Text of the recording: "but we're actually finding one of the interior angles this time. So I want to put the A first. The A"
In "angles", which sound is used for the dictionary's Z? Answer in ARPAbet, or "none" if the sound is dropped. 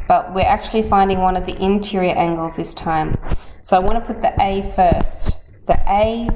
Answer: Z